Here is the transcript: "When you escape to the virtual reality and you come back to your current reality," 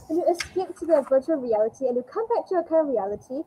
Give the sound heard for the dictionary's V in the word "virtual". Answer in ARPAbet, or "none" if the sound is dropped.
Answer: V